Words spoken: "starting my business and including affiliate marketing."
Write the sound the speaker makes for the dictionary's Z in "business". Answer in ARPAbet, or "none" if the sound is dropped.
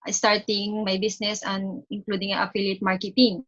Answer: S